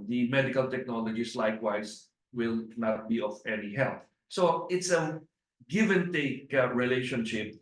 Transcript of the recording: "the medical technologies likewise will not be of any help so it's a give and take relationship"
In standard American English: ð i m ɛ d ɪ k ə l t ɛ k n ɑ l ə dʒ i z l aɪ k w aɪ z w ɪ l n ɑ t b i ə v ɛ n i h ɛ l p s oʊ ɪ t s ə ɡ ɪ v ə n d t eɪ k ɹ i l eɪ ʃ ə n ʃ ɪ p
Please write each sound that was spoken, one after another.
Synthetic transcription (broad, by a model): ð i m ɛ d ɪ k ə l t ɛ k n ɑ l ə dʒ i s l aɪ k w aɪ s w ɪ l n ɑ t b i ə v ɛ n i h ɛ l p s oʊ ɪ t s ə ɡ ɪ v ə n t eɪ k ɹ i l eɪ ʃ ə n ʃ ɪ p